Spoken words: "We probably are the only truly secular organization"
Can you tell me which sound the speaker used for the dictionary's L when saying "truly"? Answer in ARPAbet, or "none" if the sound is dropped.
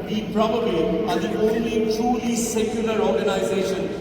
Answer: none